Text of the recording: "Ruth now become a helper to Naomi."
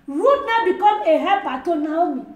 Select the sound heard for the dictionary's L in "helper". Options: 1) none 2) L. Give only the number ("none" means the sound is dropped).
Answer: 1